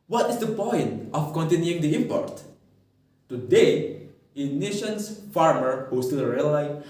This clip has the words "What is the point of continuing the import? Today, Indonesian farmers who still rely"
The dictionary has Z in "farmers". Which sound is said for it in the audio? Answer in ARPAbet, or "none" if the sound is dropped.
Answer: none